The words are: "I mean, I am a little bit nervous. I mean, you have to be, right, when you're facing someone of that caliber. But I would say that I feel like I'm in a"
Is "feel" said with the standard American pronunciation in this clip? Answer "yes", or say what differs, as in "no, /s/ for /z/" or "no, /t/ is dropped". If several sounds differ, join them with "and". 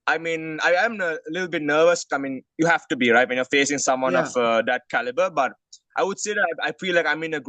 no, /p/ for /f/